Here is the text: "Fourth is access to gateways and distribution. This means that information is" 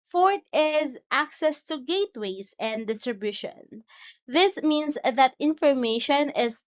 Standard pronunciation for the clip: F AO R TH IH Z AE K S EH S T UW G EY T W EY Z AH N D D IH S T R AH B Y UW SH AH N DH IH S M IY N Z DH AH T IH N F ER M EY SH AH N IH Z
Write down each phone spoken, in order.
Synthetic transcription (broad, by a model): F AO R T IH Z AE K S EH S T UW G EY T W EY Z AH N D D IH S T R AH B Y UW SH AH N DH IH S M IY N S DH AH T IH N F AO M EY SH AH N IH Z